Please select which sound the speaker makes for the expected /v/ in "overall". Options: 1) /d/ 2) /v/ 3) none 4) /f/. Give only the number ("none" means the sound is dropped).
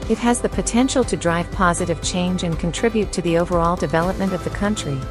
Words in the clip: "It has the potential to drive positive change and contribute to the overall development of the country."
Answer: 2